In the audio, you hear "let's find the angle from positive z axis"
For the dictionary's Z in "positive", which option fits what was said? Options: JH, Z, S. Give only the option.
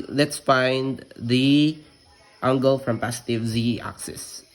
S